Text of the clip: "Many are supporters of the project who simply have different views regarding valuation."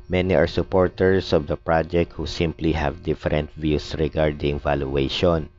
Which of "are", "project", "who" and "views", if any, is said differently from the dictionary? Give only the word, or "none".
views